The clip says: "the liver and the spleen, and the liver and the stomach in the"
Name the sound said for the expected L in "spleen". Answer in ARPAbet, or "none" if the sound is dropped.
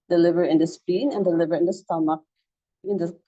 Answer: none